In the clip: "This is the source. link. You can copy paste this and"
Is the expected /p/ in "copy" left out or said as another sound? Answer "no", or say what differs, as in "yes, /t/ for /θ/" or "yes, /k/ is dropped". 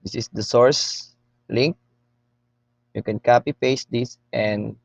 no